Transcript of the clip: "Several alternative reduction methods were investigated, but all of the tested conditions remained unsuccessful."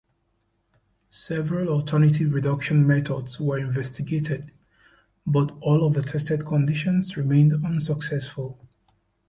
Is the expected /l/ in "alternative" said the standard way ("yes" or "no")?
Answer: no